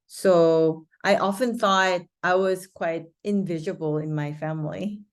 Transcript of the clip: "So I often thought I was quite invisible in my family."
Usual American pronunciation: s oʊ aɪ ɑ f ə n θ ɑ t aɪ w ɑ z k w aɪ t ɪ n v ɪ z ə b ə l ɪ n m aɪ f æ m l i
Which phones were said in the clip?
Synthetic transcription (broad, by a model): s oʊ aɪ ɑ f ə n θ ɑ t aɪ w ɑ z k w aɪ t ɪ n v ɪ z ə b ə l ɪ n m aɪ f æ m l i